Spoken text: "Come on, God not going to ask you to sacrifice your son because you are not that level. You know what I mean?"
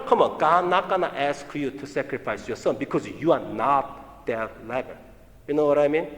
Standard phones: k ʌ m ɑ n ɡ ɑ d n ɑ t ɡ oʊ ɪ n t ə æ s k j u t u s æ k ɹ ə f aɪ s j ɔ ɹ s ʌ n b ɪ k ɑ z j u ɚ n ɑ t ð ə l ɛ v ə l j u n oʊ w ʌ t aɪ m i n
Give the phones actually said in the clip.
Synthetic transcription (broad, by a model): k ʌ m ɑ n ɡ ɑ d n ɑ t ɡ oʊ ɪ n t ə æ s k j u t u s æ k ɹ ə f aɪ s j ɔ s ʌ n b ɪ k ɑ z j u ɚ n ɑ t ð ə l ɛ b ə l j u n oʊ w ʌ t aɪ m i n